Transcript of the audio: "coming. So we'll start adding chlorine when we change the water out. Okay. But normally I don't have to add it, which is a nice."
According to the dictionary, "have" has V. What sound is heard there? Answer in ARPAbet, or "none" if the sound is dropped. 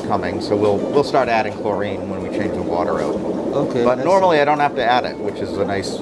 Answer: F